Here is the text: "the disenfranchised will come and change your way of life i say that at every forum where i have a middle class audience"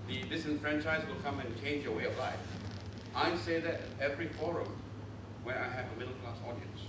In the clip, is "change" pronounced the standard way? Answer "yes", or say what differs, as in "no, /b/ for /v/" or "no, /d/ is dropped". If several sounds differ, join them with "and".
yes